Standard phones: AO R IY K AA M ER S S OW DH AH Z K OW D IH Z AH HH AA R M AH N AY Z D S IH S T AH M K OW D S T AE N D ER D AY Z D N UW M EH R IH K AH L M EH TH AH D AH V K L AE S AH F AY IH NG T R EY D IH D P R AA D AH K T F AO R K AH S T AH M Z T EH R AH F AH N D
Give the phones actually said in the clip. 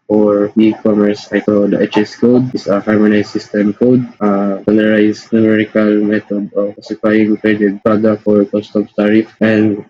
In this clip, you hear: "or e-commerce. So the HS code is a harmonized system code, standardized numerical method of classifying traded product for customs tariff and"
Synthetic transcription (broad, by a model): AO R IY K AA M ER S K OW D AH S K OW D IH S AH HH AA R M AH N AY S IH S T AH M K OW D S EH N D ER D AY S N UW M EH R IH K AH L M EH T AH D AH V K AA S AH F AY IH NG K R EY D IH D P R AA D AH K F AO R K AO S T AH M T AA R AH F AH N D